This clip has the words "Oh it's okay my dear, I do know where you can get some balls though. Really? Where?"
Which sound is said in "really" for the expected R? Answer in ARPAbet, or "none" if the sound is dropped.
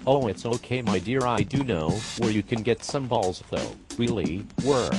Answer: W